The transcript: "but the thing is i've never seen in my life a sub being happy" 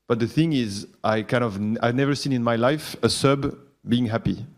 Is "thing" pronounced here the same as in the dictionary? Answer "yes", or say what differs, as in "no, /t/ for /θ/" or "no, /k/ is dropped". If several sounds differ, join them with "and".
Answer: yes